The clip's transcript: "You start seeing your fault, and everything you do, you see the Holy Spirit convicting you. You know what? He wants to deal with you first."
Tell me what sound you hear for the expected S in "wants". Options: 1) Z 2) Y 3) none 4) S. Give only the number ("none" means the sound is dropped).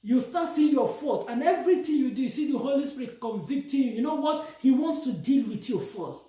4